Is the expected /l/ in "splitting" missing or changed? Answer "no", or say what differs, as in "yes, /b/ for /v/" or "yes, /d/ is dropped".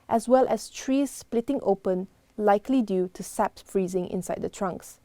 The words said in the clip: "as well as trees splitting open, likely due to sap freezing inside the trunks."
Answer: no